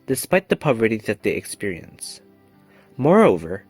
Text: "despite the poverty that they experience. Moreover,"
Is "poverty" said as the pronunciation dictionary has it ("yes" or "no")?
yes